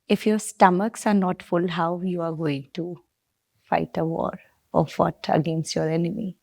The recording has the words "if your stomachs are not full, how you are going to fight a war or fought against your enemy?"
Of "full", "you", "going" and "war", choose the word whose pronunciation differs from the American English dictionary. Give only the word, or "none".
none